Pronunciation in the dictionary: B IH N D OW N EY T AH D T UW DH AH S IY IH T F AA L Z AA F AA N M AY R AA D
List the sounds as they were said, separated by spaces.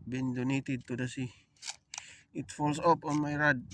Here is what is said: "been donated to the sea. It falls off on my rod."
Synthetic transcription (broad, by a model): B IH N D OW N EY T AH D T UW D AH S IY IH T F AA L S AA P AA N M AY R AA D